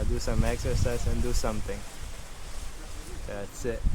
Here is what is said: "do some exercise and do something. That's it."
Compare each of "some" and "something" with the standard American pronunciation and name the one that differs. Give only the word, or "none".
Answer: something